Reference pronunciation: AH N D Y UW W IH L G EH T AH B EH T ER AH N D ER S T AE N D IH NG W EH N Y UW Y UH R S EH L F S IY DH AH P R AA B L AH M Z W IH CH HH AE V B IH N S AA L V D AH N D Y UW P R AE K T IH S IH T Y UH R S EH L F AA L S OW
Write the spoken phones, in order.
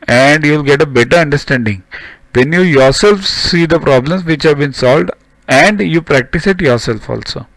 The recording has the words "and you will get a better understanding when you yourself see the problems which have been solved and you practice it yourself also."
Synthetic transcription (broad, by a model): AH N D Y UW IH L G EH T AH B EH T ER AH N D ER S T AE N D IH NG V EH N Y UW Y UH R S EH L F S IY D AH P R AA B L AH M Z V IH CH HH AE V B IH N S AA L V D AH N D Y UW P R AE K T IH S IH T Y UH R S EH L F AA L S OW